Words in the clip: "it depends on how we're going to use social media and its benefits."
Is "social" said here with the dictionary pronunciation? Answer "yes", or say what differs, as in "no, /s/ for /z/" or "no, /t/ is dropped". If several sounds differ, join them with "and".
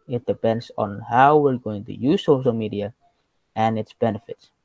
yes